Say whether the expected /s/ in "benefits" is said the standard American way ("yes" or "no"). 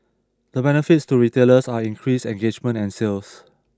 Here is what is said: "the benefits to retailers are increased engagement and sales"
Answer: yes